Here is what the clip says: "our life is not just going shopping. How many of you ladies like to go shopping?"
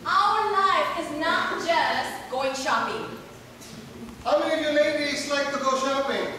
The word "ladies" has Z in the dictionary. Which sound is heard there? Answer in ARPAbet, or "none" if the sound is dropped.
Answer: S